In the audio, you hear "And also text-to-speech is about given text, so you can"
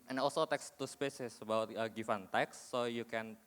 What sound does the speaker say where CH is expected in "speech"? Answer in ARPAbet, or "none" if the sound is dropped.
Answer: S